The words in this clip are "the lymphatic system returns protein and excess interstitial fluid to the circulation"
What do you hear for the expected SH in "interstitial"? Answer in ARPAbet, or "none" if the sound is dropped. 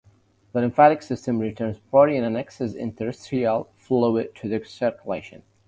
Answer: none